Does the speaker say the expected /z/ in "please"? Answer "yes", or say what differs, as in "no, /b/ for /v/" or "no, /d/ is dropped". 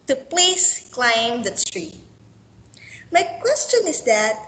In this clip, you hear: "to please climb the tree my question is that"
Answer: no, /s/ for /z/